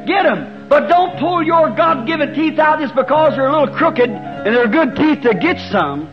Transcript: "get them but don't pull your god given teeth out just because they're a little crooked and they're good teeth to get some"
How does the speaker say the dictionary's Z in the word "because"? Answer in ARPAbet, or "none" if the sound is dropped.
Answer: Z